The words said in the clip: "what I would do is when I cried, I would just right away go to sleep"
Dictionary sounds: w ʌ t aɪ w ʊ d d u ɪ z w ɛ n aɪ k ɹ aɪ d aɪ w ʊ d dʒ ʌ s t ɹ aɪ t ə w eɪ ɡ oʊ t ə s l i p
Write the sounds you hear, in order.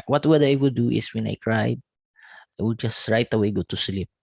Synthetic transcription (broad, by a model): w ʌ t aɪ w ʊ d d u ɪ s w ɛ n aɪ k ɹ aɪ d aɪ w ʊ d dʒ ʌ s t ɹ aɪ t ə w eɪ ɡ oʊ t ə s l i p